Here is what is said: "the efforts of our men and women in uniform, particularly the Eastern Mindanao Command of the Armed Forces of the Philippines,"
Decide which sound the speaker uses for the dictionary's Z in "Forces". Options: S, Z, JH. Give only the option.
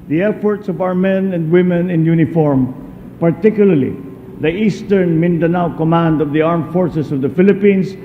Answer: S